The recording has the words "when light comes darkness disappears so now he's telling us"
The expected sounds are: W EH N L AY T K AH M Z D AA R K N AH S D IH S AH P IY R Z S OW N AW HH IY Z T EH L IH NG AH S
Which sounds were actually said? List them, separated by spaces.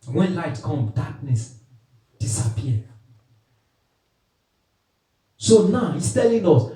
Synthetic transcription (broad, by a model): W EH N L AY T K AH M D AA K N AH S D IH S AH P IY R S OW N AW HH IY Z T EH L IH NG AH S